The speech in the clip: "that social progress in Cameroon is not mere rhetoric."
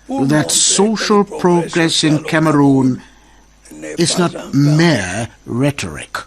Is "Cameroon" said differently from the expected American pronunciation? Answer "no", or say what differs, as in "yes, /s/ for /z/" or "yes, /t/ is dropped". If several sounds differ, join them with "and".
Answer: no